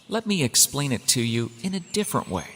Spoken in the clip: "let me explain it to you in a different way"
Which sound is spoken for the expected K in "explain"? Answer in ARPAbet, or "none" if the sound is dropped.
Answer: K